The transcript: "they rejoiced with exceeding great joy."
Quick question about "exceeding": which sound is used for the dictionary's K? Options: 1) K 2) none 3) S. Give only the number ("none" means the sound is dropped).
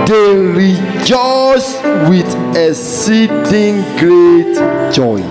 2